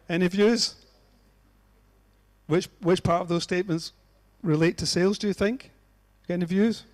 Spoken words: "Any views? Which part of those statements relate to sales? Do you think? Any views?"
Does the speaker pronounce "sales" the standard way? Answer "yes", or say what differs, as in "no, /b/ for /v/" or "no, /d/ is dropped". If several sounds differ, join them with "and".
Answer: yes